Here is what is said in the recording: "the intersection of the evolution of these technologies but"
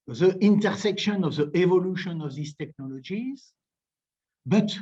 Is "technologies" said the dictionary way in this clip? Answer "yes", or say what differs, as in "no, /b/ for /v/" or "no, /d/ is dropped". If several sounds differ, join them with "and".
yes